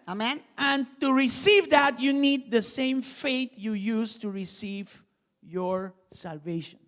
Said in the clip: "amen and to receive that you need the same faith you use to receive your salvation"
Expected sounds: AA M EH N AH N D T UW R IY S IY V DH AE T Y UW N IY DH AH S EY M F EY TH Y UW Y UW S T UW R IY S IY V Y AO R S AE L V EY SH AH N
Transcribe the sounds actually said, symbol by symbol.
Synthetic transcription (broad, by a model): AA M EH N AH N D T UW R IY S IY V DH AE T Y UW N IY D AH S EY M F EY T Y UW Y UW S T UW R IY S IY V Y AO R S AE L V EY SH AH N